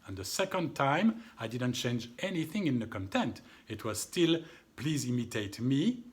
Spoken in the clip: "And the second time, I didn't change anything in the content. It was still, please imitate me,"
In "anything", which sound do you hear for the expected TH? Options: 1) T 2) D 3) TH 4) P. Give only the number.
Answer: 3